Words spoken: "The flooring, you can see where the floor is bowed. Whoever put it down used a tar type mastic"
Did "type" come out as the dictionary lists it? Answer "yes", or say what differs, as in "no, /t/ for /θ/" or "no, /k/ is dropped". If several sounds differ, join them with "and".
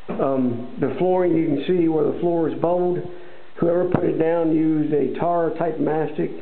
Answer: yes